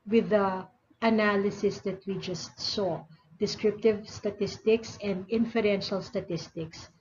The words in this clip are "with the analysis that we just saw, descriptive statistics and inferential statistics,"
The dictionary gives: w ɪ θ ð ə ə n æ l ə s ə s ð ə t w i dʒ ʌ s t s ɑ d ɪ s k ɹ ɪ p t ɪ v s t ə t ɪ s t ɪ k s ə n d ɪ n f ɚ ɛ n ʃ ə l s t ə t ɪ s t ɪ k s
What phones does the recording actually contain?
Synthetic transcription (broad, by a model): w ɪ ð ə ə n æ l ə s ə s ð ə t w i dʒ ʌ s t s ɑ d ɪ s k ɹ ɪ p t ɪ v s t ə t ɪ s t ɪ k s ə n d ɪ n f ɚ ɛ n ʃ ə l s t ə t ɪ s t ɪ k s